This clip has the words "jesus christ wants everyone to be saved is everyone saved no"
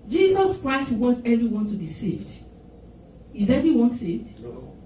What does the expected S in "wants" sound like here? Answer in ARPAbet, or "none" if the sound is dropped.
none